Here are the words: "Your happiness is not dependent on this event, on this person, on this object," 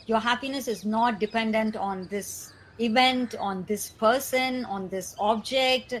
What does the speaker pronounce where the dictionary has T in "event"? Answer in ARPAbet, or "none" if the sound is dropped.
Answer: T